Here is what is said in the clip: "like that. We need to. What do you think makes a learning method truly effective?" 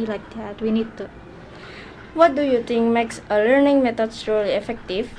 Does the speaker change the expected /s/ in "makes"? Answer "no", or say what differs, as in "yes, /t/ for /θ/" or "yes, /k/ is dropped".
no